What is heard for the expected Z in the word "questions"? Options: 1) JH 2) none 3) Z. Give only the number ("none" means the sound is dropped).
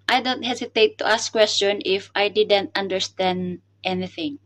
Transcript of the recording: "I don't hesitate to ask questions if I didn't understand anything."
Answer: 2